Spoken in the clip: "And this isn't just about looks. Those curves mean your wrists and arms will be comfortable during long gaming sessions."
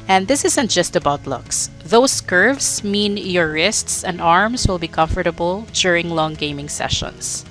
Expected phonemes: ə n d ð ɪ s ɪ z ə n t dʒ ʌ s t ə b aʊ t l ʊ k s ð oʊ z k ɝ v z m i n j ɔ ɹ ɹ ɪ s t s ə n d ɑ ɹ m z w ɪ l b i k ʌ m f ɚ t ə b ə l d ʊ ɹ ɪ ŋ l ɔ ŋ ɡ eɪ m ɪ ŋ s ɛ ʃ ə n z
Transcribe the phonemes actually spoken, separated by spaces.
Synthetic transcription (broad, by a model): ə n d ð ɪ s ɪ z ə n t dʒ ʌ s t ə b aʊ t l ʊ k s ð oʊ s k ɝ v s m i n j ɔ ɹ ɹ ɪ s t s ə n d ɑ ɹ m s w ɪ l b i k ʌ m f ɚ t ə b ə l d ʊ ɹ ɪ ŋ l ɔ ŋ ɡ eɪ m ɪ ŋ s ɛ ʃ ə n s